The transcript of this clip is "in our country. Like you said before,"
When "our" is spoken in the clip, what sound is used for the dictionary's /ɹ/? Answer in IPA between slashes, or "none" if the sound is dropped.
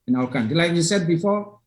/l/